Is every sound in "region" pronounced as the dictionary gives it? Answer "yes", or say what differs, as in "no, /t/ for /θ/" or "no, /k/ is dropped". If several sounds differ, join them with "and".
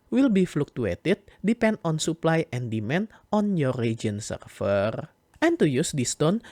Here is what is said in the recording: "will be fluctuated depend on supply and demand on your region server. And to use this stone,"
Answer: no, /dʒ/ is dropped